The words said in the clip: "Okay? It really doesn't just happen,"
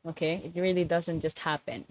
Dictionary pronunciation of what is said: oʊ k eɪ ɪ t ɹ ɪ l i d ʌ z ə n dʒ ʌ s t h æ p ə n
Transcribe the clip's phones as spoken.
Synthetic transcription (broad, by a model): oʊ k eɪ ɪ t ɹ ɪ l i d ʌ z ə n dʒ ʌ s t h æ p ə n